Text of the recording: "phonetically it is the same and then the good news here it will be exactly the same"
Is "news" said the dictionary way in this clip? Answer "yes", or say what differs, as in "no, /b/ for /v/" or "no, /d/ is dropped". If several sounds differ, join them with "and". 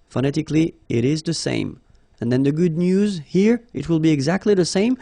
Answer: yes